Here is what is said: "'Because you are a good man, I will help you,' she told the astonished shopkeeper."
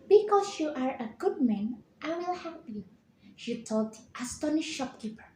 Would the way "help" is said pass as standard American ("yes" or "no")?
no